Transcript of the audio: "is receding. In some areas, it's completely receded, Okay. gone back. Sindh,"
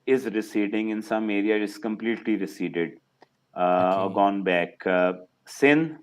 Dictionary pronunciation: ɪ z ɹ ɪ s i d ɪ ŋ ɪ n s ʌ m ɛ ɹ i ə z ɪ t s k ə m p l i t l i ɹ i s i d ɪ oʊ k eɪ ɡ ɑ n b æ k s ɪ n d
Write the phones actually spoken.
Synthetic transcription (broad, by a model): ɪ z ɹ ɪ s i d ɪ ŋ ɪ n s ʌ m ɛ ɹ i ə ɪ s k ə m p l i t l i ɹ i s i d ɪ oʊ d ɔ ɡ ɑ n b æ k s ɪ n